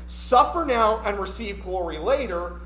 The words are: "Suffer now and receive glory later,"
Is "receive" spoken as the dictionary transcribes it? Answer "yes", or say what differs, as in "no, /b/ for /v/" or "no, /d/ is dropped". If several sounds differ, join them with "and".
yes